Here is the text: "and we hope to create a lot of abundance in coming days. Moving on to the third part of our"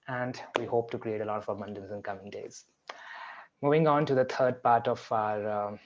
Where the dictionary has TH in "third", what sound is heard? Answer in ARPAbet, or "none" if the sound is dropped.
T